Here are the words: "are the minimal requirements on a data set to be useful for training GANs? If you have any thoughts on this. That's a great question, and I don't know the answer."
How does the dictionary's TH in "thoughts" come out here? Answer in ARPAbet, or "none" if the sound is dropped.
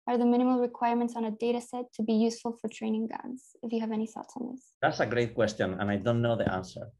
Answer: S